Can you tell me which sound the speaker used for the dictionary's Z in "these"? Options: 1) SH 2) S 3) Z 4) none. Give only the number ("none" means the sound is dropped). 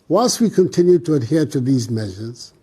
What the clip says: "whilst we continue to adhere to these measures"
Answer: 3